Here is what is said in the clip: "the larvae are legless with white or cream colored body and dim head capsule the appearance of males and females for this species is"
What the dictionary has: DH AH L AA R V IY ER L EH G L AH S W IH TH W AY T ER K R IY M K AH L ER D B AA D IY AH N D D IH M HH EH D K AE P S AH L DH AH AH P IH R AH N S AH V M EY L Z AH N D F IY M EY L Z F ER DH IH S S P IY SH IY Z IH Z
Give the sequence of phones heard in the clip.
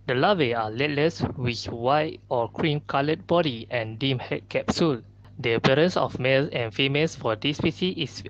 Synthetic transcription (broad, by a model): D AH L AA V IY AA L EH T L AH S W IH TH W AY T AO K R IY M K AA L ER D B AA D IY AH N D D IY M HH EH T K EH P S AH L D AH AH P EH R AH N S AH F M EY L S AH N F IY M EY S F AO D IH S S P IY S IY IH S